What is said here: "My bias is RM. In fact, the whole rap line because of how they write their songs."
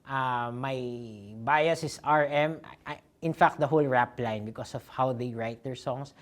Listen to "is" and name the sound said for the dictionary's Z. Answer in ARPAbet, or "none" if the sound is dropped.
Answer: S